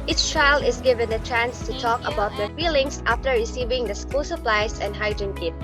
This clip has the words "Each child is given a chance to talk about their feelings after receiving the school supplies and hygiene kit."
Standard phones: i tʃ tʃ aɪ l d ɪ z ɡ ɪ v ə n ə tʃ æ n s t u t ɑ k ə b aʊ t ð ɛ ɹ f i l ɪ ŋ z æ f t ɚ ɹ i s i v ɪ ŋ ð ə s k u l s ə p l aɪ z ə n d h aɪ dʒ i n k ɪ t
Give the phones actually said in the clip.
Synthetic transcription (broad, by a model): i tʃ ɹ aɪ l ɪ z ɡ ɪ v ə n ə tʃ æ n s t u t ɑ k ə b aʊ t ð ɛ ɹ f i l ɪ ŋ s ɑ f t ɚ ɹ i s i v ɪ ŋ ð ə s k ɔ s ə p l aɪ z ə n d h aɪ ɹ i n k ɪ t